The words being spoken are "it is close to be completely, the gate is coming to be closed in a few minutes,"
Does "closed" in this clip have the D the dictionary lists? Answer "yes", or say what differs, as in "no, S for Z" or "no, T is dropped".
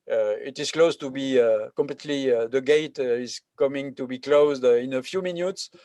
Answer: yes